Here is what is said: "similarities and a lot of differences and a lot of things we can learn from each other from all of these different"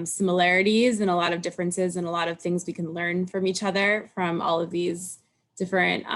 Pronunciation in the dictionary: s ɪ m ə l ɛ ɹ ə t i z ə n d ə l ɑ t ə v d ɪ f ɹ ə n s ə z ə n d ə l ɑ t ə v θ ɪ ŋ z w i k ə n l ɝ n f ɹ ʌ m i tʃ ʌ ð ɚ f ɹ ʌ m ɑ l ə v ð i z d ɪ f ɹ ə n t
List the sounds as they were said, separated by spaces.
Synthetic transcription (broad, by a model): s ɪ m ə l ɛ ɹ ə t i z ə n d ə l ɑ t ə v d ɪ f ɹ ə n s ə z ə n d ə l ɑ t ə v θ ɪ ŋ z w i k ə n l ɝ n f ɹ ʌ m i tʃ ʌ ð ɚ f ɹ ʌ m ɑ l ə v ð i z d ɪ f ɹ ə n t